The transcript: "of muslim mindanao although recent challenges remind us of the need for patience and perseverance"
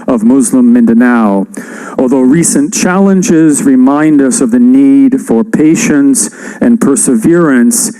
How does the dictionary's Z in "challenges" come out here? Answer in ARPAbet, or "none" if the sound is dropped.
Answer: Z